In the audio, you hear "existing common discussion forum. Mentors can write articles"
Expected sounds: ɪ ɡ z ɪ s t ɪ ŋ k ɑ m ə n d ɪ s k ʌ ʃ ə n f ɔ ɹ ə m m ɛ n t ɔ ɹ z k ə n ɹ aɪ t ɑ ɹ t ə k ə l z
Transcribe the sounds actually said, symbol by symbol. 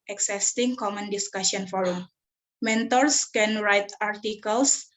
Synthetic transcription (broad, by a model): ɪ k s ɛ s t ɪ ŋ k ɑ m ə n d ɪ s k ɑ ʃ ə n f ɔ ɹ ə m m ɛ n t ɔ ɹ s k ə n ɹ aɪ t ɑ ɹ t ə k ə l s